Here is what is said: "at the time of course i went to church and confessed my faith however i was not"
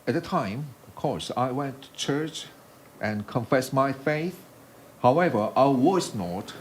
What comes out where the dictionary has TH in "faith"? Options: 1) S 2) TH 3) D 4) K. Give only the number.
2